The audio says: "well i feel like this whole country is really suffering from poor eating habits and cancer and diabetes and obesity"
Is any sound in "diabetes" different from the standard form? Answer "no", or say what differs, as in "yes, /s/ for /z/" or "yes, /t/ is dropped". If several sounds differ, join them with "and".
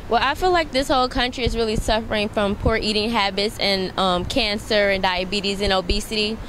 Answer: no